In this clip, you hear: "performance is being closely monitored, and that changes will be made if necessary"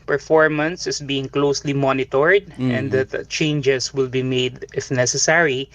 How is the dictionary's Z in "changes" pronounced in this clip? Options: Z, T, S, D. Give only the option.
S